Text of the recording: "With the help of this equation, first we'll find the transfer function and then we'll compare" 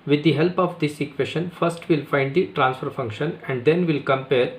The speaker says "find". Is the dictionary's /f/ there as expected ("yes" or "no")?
yes